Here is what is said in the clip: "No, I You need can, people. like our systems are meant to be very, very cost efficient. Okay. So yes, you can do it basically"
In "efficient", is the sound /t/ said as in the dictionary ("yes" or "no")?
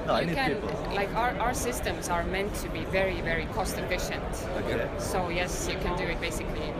yes